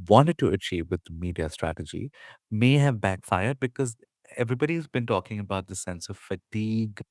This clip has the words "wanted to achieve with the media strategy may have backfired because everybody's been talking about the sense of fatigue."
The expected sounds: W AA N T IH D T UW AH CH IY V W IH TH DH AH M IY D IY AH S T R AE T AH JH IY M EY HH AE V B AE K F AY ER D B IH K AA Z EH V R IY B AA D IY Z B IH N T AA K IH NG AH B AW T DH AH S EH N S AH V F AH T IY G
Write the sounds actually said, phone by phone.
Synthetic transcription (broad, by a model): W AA N T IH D T UW AH CH IY V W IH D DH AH M IY D IY AH S T R AE T AH JH IY M EY HH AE V B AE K F AY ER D B IH K AA Z EH V R IY B AA D IY Z B IH N T AA K IH NG AH B AW T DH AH S EH N S AH V F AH T IY G